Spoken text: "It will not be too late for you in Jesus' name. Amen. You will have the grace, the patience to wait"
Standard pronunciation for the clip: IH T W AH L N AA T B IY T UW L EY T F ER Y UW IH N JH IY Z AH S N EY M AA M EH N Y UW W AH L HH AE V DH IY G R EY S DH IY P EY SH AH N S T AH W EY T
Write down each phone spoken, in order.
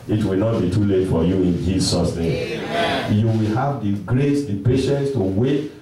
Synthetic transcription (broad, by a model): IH T W AH L N AA T B IY T UW L EY T F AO Y UW IH N JH IY S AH S N EY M M Y UW W AH L HH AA V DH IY G R EY S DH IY P EY SH AH N S T AH W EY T